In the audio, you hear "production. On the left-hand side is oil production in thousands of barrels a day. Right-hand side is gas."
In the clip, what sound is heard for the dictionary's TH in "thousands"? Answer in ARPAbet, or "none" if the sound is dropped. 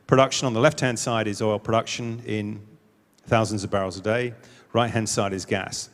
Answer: TH